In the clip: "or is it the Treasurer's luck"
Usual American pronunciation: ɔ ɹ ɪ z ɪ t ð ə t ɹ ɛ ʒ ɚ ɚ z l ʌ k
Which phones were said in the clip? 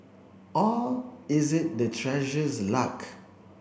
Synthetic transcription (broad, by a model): ɔ l ɪ z ɪ t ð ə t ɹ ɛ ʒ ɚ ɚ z l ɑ k